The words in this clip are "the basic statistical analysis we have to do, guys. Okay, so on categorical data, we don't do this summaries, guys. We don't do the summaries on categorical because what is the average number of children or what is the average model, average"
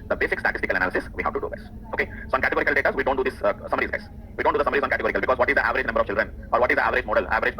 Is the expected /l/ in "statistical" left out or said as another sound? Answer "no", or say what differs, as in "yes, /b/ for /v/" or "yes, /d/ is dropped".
no